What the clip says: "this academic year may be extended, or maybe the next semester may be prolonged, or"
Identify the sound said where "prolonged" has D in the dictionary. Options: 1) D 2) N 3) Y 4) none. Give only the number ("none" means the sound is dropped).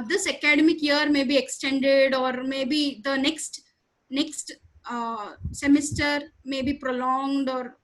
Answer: 1